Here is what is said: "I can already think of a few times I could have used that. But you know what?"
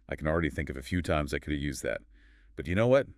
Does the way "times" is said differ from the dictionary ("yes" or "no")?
no